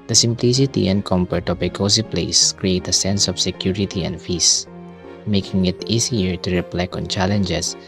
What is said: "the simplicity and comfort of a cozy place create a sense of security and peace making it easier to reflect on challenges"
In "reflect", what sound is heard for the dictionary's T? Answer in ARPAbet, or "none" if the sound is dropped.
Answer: none